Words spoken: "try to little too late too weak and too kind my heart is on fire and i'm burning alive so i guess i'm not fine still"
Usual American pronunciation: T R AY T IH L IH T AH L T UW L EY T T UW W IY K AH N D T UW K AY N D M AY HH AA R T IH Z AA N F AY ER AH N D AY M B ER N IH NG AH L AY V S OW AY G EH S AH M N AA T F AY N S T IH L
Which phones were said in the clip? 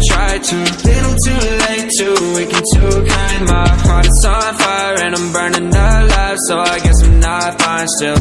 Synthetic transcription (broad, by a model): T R AY T IH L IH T L T UW L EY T T UW W IY K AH N T UW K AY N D M AY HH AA R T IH S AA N F AY ER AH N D AY M B ER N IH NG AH L AY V S OW AY G EH S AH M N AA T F AY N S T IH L